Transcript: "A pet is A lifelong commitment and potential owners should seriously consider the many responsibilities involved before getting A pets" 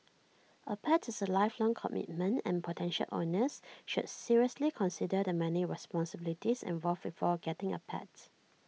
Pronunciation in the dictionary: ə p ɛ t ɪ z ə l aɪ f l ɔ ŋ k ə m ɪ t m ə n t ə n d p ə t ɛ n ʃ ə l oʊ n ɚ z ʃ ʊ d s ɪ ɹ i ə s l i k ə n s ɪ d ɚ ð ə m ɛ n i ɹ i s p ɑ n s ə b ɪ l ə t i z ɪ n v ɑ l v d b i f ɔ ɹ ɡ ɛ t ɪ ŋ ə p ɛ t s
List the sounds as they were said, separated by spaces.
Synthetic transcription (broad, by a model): ə p ɛ t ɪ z ə l aɪ f l ɔ ŋ k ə m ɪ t m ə n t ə n p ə t ɛ n ʃ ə l oʊ n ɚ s ʃ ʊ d s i ɹ i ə s l i k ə n s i d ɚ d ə m ɛ n i ɹ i s p ɑ n s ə b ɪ l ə t i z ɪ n v ɑ l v b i f ɔ ɡ ɛ t ɪ ŋ ə p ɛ t